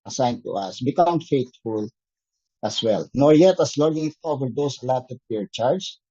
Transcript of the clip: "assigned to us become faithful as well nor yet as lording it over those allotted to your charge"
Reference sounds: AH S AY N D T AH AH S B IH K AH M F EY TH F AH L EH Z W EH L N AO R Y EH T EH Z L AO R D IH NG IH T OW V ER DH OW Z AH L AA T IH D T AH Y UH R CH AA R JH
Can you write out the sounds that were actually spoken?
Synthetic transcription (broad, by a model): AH S AY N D T AH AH S B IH K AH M F EY T F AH L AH S W EH L N AO R Y EH T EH S L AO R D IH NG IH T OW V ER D OW S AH L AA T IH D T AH R CH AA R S